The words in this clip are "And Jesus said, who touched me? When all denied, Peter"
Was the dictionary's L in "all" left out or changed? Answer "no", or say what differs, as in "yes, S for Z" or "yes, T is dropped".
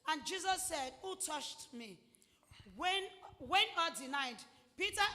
yes, N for L